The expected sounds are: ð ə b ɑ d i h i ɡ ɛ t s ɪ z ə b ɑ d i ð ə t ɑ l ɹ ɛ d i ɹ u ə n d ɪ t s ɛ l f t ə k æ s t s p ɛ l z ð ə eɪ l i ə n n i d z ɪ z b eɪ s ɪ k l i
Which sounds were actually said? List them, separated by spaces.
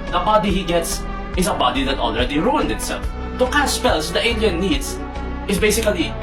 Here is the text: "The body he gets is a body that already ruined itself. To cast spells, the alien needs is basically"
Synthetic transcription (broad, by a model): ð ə b ɑ d i h i ɡ ɛ t s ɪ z ə b ɑ d i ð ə t ɑ l ɹ ɛ d i ɹ u ə n d ɪ t s ɛ l f t ə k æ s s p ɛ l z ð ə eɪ n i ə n n i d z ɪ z b eɪ s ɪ k l i